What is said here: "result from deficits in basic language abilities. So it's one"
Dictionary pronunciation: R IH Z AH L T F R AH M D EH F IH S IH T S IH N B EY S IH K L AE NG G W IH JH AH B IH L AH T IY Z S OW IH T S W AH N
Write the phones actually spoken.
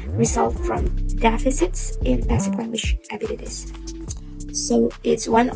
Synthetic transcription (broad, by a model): R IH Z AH L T F R AH M D EH F IH S IH T S IH N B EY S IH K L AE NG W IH SH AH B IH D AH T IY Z S OW IH T S W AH N